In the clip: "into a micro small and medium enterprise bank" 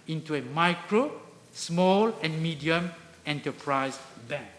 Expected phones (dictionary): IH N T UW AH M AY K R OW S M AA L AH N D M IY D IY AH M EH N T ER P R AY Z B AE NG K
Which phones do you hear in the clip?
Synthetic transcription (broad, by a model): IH N T UW AH M AY K R OW S M AA L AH N M IY D IY AH M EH N T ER P R AY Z B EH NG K